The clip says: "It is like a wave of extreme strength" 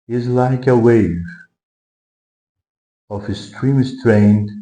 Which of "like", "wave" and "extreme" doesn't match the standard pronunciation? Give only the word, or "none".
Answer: extreme